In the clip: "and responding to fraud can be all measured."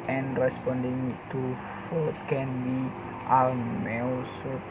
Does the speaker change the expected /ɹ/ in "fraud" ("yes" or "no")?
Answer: yes